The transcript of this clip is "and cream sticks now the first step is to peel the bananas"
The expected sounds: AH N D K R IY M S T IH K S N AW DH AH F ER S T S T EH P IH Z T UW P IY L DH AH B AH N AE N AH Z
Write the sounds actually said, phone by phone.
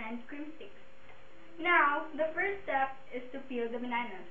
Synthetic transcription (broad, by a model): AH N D K R IY M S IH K S N AW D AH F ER T S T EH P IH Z T UW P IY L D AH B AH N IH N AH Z